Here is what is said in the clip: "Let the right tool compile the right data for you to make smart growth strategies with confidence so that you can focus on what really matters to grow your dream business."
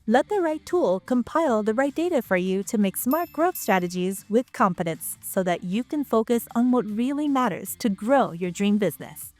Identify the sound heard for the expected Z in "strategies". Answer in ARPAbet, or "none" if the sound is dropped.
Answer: Z